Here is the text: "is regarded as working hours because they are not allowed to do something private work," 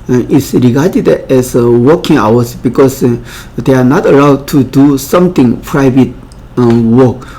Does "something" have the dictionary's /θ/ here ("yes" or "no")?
no